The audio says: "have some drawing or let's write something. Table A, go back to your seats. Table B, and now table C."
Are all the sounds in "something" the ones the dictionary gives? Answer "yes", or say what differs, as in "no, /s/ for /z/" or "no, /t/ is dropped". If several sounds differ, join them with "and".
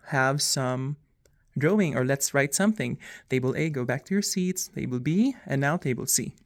yes